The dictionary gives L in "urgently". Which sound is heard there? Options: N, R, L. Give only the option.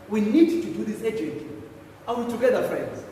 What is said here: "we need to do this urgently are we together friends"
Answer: N